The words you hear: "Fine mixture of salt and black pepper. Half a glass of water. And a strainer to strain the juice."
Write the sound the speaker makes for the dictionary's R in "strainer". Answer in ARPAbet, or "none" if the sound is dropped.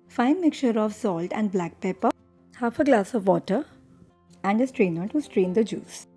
R